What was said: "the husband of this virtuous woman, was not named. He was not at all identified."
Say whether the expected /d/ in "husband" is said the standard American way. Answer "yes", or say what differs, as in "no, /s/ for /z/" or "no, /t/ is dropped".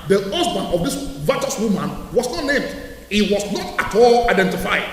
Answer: no, /d/ is dropped